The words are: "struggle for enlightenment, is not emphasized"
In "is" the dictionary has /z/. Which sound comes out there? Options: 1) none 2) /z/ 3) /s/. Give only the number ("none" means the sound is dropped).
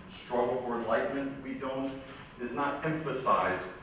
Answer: 2